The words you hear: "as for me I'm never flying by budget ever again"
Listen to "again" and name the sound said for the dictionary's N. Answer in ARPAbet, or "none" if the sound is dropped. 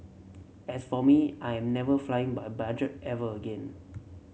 N